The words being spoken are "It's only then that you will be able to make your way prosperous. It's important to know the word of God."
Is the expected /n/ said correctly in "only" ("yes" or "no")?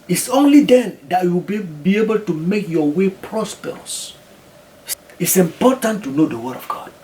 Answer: yes